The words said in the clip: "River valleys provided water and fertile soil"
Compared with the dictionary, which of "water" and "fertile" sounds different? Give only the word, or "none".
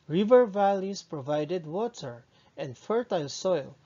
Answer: none